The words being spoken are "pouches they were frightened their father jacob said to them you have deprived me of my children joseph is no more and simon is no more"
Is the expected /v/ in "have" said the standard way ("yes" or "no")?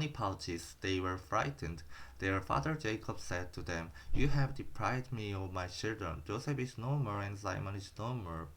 yes